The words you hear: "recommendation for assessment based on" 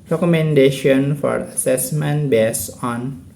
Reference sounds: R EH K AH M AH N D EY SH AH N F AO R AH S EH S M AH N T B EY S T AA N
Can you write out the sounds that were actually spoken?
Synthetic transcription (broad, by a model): R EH K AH M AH N D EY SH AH N F AO R AH S EH S M AH N T B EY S AA N